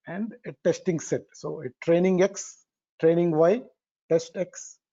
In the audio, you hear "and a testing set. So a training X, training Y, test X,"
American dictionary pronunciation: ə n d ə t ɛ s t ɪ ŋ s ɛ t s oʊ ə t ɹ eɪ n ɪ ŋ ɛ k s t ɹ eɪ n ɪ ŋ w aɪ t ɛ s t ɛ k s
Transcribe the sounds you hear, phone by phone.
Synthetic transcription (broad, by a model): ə n d ə t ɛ s t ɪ ŋ s ɛ t s oʊ ə t ɹ eɪ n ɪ ŋ ɛ k s t ɹ eɪ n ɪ ŋ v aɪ t ɛ s t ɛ k s